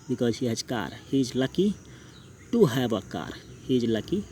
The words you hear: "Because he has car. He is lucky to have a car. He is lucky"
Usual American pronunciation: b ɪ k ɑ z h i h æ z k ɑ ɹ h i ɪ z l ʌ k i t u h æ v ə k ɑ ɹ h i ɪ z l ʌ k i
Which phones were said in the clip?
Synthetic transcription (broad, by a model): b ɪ k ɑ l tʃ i h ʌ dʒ k ɑ ɹ h i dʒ l ʌ k i t u h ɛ b ə k ɑ ɹ h i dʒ l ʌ k i